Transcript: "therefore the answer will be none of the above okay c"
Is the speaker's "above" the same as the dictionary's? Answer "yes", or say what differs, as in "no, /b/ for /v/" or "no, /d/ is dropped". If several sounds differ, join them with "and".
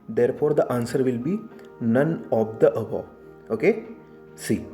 no, /v/ is dropped